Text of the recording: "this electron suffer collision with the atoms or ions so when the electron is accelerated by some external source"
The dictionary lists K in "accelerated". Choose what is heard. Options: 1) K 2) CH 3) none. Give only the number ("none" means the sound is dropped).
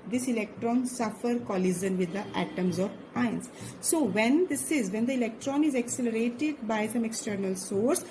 1